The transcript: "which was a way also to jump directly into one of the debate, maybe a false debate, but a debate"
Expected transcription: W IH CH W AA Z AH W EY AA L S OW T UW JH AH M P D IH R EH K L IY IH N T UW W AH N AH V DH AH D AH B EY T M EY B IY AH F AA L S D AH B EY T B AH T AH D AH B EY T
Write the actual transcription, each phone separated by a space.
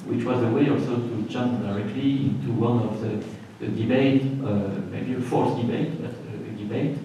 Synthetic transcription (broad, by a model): W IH CH W AA Z AH W EY AA L S OW T UW CH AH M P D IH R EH K L IY IH N T UW W AH N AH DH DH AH D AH B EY T M EY B IY AH F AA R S D AH B EY T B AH T AH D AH B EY T